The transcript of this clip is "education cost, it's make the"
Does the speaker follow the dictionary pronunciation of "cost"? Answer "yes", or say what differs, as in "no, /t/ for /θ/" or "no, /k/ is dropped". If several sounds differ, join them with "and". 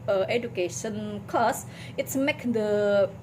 no, /t/ is dropped